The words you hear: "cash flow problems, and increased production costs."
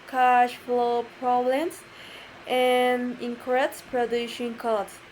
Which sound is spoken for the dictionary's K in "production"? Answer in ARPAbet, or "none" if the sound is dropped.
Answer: none